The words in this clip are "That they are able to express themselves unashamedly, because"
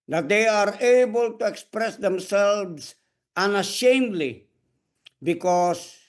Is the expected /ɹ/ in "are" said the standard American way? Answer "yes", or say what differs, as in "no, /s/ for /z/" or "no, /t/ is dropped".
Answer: yes